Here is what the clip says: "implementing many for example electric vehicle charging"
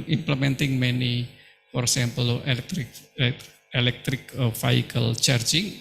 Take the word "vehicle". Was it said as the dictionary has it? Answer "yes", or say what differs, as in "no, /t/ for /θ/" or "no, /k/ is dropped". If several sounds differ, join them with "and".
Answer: no, /f/ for /v/